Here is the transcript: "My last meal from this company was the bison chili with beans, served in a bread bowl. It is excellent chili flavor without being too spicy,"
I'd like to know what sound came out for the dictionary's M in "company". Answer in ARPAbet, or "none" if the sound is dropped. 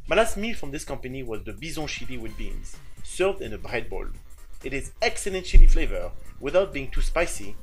M